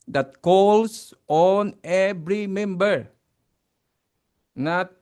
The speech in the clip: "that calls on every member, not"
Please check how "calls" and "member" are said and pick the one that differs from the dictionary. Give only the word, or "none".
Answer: calls